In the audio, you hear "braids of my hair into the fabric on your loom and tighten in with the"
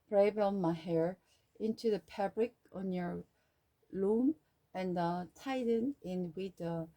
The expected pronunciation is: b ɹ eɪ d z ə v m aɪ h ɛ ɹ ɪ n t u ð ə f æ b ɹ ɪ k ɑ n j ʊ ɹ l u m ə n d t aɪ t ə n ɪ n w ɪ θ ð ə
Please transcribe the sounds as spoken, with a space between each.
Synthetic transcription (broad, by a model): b ɹ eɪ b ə m aɪ h ɛ ɹ ɪ n t u ð ə p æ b ɹ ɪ k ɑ n j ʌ ɹ l u m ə n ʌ t aɪ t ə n ɪ n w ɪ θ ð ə